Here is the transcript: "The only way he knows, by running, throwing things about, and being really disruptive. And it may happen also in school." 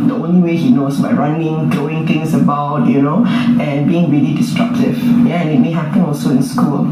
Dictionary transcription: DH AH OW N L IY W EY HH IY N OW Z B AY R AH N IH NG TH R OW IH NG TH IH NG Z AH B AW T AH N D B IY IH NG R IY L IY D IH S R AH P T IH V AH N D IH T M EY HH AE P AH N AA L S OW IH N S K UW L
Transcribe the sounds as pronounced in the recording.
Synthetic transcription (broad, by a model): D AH OW N L IY W EY HH IY N OW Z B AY R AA N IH NG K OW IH NG T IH NG S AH B AW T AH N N B IY IH NG R IY L IY D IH S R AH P T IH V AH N IH T M EY HH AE P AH N AA L S OW IH N S K UW L